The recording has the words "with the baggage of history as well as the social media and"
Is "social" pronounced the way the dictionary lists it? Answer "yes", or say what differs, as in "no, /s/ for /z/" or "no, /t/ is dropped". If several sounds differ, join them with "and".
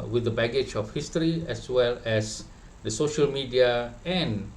yes